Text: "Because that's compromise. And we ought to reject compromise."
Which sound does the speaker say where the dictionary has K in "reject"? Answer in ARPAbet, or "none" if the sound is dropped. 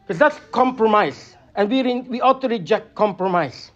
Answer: K